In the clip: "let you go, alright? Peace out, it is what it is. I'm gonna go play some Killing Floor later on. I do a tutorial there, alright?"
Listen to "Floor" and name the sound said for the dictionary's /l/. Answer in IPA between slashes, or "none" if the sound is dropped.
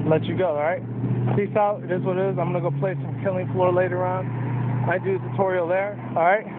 /l/